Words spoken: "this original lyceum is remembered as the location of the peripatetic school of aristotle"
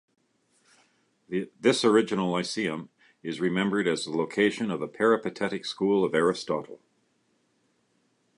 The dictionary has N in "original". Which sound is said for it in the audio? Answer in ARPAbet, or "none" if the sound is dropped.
none